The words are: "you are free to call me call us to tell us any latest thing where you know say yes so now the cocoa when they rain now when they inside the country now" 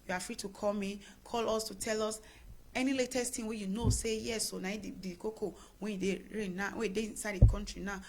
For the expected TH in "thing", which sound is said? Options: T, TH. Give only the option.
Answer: T